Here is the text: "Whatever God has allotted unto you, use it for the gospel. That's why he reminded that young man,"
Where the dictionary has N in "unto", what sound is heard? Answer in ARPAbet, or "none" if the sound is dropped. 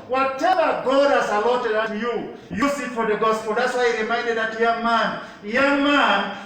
none